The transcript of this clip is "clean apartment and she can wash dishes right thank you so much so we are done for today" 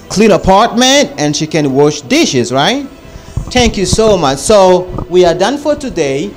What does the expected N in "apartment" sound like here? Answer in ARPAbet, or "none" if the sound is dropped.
N